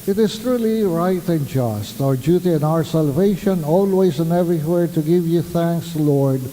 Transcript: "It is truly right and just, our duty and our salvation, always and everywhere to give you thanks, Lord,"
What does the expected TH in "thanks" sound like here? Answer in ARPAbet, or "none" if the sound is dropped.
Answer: TH